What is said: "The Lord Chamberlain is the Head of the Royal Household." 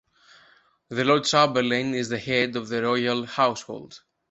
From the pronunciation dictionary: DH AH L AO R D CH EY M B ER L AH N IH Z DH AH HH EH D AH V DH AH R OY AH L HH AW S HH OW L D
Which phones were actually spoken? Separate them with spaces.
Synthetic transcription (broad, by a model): DH AH L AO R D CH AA B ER L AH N IH Z DH AH HH EH D AH V DH AH R OY AH L HH AW S HH OW L D